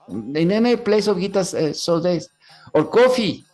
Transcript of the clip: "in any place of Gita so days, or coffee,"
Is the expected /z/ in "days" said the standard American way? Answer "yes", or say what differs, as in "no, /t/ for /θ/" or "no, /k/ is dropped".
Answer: no, /s/ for /z/